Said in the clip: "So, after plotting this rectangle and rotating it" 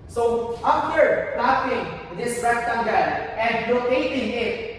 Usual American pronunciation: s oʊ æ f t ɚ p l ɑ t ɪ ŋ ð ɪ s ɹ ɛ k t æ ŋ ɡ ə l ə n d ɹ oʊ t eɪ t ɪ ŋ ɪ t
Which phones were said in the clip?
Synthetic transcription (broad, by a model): s oʊ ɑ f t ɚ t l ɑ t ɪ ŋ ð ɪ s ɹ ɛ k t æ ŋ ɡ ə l ə n d l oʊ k eɪ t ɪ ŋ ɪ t